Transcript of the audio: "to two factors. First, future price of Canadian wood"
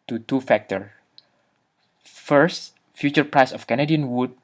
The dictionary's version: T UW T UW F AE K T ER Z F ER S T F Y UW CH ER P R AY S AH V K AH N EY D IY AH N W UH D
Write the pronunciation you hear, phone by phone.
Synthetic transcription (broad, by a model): T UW T UW F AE K T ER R F ER S T F Y UW CH ER P R AY S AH F K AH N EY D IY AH N W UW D